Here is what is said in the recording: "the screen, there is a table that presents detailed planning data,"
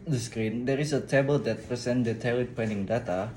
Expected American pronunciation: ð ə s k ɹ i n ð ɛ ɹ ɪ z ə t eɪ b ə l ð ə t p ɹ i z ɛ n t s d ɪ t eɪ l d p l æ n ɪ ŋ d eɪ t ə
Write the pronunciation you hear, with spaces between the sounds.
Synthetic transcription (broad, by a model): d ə s k ɹ i n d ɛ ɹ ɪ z ə t eɪ b ə l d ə t p ɹ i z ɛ n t d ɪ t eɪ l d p ɛ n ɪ ŋ d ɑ t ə